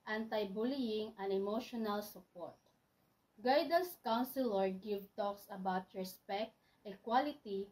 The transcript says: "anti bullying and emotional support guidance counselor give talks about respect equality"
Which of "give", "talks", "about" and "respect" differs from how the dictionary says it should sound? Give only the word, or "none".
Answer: none